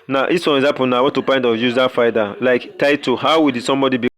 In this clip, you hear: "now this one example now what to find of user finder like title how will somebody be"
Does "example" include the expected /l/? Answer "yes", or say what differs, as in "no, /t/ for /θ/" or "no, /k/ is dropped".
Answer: no, /n/ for /l/